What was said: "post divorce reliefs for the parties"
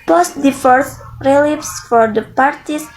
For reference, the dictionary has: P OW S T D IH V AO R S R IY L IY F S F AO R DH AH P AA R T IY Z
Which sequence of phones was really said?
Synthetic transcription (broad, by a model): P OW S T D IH F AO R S R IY L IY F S F AO R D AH P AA R T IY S